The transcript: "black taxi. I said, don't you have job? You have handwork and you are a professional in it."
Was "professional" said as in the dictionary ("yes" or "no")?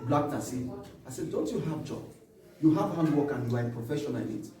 no